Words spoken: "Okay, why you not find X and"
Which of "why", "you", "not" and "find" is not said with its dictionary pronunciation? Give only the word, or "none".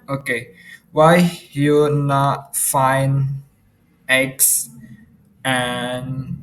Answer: find